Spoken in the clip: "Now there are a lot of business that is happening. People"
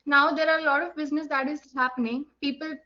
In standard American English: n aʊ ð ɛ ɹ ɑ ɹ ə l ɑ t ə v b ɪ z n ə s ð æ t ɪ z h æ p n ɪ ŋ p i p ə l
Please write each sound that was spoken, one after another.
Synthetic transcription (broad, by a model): n aʊ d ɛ ɹ ɑ ɹ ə l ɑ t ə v b ɪ z n ə s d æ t ɪ z h æ p n ɪ ŋ p i p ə l